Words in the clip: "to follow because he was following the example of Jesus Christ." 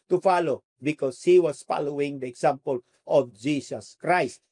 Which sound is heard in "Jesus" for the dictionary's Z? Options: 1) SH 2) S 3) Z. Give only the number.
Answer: 2